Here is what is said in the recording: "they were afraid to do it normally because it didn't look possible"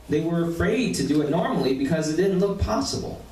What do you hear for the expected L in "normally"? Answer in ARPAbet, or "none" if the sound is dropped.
L